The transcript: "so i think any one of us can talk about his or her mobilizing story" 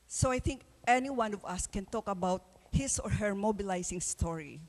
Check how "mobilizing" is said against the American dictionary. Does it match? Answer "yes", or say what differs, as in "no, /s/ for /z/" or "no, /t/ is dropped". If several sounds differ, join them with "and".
no, /s/ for /z/